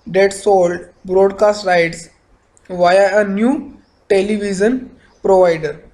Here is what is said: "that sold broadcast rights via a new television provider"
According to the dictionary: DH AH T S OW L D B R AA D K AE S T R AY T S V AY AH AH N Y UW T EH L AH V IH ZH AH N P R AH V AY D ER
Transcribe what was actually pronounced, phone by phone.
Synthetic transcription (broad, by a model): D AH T S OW L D B R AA D K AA S T R AY T S V AY AH AH N Y UW T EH L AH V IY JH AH N P R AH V AY D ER